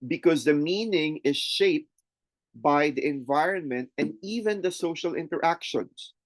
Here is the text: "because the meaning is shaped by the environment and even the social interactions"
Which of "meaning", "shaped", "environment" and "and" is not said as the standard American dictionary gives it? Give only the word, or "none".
none